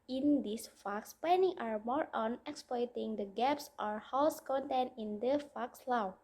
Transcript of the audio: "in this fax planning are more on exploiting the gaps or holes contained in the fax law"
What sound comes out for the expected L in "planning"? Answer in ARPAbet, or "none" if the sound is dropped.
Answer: none